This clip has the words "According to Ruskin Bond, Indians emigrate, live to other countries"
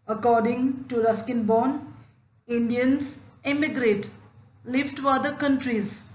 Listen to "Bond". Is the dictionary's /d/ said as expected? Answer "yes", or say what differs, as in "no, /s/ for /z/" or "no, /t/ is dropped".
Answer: no, /d/ is dropped